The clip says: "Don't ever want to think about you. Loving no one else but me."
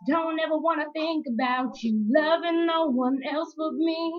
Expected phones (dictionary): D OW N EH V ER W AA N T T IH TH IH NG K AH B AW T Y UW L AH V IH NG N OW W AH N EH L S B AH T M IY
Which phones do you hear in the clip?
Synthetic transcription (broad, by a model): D OW N EH V ER W AA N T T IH TH IH NG K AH B AW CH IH L AH V IH NG N OW W AH N EH L S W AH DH M IY